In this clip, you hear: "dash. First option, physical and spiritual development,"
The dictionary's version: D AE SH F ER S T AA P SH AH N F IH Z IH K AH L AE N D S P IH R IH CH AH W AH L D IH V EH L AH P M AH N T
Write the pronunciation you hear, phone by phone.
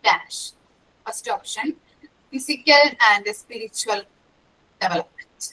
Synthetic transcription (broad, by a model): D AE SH P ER S T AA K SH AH N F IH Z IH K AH L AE N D S P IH R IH CH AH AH L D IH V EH L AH P M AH N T